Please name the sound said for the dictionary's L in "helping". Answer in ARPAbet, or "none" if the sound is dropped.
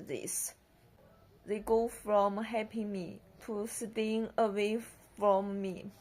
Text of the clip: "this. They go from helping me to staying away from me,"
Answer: none